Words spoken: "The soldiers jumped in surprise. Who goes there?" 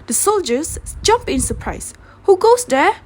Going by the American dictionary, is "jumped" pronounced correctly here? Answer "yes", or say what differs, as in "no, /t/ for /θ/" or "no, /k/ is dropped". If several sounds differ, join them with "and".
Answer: no, /t/ is dropped